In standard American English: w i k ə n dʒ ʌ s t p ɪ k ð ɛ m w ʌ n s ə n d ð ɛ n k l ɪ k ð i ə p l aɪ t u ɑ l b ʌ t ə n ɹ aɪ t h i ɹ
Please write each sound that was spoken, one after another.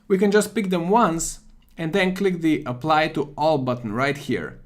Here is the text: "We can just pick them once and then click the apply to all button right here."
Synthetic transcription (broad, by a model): w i k ə n dʒ ʌ s t p ɪ k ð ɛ m w ʌ n s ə n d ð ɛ n k l ɪ k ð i ə p l aɪ t u ɑ l b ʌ t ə n ɹ aɪ t h i ɹ